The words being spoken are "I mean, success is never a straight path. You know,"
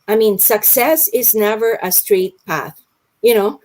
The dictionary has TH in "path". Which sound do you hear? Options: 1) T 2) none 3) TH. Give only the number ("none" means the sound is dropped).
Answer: 3